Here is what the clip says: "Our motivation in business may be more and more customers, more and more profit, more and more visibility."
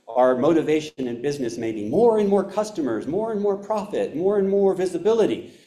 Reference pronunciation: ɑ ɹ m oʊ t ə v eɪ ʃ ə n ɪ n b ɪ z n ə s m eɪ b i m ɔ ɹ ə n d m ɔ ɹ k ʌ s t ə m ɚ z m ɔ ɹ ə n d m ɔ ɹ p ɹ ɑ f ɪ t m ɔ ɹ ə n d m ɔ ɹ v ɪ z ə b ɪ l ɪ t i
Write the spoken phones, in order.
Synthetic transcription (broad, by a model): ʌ ɹ m oʊ t ə v eɪ ʃ ə n ɪ n b ɪ z n ə s m eɪ b i m ɔ ɹ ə n m ɔ ɹ k ʌ s t ə m ɚ z m ɔ ɹ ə n m ɔ ɹ p ɹ ɑ f ɪ t m ɔ ɹ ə n m ɔ ɹ v ɪ z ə b ɪ l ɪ t i